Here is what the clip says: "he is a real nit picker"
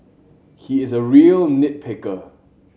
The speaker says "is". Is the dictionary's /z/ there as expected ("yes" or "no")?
yes